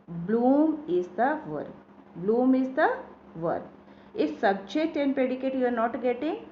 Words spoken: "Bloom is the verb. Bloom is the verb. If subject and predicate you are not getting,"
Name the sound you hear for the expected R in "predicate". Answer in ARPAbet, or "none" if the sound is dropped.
none